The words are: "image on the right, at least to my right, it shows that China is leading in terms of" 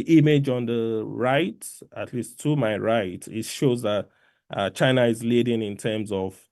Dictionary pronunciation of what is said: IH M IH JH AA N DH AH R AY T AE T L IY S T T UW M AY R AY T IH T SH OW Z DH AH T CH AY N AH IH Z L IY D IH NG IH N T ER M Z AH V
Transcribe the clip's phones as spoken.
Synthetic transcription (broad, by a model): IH M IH JH AA N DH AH R AY T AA T L IY S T T UW M AY R AY T IH T SH OW Z DH AH T CH AY N AH IH Z L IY D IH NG IH N T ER M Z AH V